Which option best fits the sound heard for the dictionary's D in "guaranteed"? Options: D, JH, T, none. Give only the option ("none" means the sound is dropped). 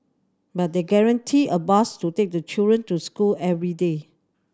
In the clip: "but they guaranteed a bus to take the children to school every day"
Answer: none